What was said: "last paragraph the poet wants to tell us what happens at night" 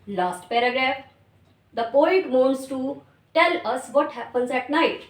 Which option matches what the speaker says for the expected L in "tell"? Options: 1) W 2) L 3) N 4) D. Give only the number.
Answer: 2